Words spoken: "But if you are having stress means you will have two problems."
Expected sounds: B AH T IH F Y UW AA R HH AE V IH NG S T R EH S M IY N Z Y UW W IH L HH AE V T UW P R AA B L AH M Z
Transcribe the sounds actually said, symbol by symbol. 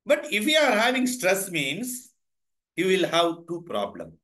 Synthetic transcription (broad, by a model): B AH T IH F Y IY AA R HH AE V IH NG S T R EH S M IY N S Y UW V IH L HH AE V T UW P R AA B L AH M